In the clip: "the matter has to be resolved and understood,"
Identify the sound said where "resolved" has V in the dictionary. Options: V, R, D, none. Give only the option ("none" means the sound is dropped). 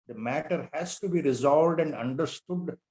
V